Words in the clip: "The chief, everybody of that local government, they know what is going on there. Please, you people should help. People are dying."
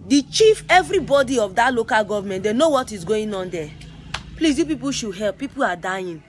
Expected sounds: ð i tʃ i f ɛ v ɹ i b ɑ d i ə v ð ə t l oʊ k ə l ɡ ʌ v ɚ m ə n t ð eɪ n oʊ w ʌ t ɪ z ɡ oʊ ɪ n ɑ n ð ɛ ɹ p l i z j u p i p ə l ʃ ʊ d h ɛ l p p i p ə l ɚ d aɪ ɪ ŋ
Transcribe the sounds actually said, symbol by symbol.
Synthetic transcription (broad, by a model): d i tʃ i f ɛ v ɹ i b ɑ d i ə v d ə t l oʊ k ə l ɡ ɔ v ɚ m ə n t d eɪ n oʊ w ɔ t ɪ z ɡ oʊ ɪ n ɑ n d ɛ p l i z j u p i p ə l ʃ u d h ɛ l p p i p ə l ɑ d aɪ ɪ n